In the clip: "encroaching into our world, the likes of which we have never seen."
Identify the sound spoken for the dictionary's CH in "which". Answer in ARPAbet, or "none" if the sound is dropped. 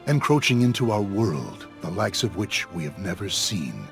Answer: CH